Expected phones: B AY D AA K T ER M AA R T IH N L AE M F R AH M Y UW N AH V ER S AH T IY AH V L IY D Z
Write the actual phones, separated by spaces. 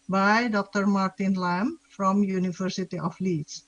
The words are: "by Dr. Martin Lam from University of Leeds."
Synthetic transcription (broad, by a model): B AY D AA K T ER M AA R T IH N L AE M F R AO M Y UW N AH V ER S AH T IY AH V L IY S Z